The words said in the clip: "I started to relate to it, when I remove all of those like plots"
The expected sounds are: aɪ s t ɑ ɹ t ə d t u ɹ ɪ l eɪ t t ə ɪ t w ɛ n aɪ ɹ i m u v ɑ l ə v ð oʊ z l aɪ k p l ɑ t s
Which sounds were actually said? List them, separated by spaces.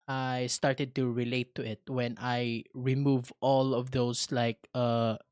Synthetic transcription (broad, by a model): aɪ s t ɑ ɹ t ə d t u ɹ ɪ l eɪ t t ə ɪ t w ɛ n aɪ ɹ i m u v ɑ l ə v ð oʊ s l aɪ k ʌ